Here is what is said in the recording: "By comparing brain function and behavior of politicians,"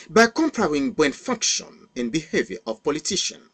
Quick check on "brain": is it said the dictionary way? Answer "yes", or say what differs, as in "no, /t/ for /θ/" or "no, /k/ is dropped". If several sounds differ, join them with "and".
no, /ɹ/ is dropped